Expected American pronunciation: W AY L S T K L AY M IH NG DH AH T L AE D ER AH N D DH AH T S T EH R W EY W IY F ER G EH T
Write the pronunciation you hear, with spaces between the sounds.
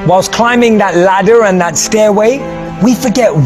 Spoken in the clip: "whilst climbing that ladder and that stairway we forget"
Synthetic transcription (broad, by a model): W AY L S K L AY M IH NG DH AH T L AE D ER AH N DH AH T S T EH R W EY W IY F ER G EH T